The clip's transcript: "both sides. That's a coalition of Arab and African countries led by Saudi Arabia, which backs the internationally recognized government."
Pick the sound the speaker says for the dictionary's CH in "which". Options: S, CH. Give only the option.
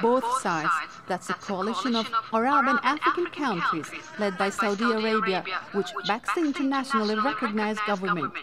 CH